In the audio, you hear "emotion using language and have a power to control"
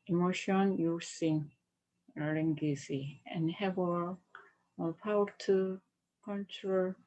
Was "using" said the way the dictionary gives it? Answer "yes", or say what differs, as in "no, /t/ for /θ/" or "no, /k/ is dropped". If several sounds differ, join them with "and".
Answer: no, /s/ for /z/